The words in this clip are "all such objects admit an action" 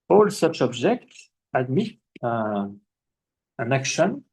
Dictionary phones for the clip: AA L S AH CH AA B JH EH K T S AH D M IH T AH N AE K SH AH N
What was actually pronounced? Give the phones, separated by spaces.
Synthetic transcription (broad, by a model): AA L S AH CH AA B JH EH K T S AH D M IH T AH N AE K SH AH N